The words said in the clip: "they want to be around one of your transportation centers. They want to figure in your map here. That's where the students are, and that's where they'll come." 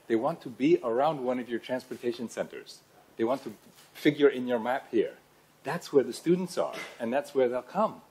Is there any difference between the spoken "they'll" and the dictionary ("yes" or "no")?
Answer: no